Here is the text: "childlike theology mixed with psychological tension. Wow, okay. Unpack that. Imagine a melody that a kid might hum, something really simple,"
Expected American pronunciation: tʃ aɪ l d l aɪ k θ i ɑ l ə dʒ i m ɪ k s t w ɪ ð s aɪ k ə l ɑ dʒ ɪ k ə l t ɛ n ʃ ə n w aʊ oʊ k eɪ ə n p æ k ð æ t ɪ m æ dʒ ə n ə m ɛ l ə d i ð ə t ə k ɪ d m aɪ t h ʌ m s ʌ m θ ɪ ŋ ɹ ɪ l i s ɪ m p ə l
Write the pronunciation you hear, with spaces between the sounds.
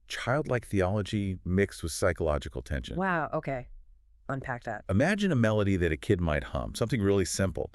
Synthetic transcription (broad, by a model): tʃ aɪ l d l aɪ k θ i ɑ l ə dʒ i m ɪ k s t w ɪ ð s aɪ k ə l ɑ dʒ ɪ k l t ɛ n ʃ ə n w aʊ oʊ k eɪ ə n p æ k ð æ t ɪ m æ dʒ ə n ə m ɛ l ə d i ð ə t ə k ɪ d m aɪ t h ʌ m s ʌ m θ ɪ ŋ ɹ ɪ l i s ɪ m p l